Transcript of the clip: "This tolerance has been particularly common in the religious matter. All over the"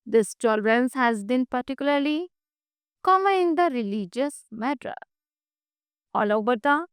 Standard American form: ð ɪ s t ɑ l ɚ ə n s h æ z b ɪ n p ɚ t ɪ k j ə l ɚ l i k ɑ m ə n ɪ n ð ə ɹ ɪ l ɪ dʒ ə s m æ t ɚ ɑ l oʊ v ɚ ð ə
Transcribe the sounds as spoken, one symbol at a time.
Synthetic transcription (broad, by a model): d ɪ s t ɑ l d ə n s h æ z b ɪ n p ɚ t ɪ k j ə l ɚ l i k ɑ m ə ɪ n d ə ɹ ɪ l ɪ dʒ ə s m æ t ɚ ɑ l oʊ b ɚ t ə